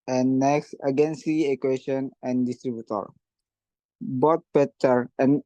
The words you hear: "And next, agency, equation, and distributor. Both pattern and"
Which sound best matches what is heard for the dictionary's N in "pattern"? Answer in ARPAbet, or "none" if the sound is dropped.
none